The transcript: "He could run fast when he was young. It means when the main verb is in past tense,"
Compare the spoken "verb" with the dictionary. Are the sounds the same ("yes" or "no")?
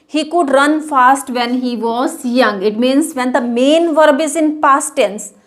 yes